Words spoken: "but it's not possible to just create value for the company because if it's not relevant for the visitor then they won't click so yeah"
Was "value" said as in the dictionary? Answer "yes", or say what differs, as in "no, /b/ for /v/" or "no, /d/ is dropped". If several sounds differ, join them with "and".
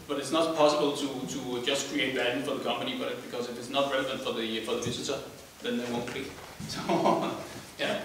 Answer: no, /b/ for /v/